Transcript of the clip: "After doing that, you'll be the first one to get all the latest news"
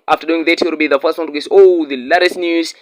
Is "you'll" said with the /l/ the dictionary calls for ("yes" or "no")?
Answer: no